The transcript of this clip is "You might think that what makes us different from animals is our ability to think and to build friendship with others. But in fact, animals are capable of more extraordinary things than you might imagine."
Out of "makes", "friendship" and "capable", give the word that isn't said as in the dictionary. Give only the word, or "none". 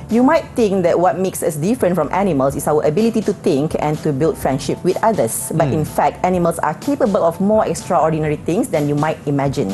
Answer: none